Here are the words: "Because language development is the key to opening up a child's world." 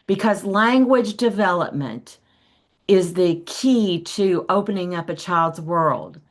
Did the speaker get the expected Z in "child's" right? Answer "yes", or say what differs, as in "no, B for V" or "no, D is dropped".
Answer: yes